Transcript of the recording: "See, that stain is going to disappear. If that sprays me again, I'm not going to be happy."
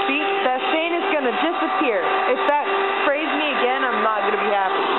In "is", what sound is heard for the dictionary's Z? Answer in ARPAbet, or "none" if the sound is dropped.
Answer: Z